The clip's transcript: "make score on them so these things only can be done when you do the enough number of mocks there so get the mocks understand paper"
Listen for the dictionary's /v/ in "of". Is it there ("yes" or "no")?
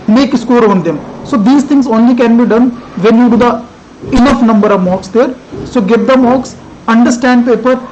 yes